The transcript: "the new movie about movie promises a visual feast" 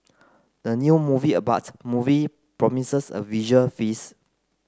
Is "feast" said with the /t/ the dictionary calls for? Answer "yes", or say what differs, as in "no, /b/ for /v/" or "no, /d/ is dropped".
no, /t/ is dropped